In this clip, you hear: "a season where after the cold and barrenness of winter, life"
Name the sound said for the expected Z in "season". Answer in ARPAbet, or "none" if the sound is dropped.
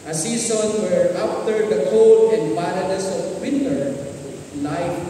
S